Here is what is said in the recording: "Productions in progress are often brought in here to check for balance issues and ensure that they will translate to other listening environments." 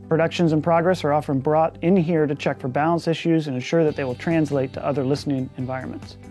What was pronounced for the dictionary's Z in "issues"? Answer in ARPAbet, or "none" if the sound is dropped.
Z